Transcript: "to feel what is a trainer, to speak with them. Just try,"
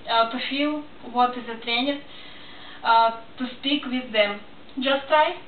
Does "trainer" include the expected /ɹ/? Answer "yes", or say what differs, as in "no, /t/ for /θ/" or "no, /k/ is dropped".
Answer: yes